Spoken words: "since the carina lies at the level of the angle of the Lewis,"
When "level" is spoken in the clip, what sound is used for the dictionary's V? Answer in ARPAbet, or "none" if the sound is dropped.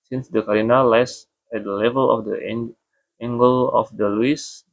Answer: V